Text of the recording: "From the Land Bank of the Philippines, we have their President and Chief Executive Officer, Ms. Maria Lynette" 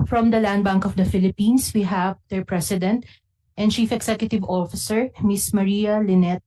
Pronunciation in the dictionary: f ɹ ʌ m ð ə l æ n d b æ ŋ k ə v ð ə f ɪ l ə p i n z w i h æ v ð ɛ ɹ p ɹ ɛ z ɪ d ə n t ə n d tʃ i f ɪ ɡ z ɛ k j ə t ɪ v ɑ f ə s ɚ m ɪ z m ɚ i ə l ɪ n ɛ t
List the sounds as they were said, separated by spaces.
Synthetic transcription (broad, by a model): f ɹ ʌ m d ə l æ n d b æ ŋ k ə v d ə f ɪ l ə p i n s w i h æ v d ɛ ɹ p ɹ ɛ s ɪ d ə n t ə n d tʃ i f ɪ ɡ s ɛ k j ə t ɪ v ɑ f ə s ɚ m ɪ s m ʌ i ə l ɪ n ɛ t